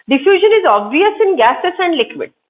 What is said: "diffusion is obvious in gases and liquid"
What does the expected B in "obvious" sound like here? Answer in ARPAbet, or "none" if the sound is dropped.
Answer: B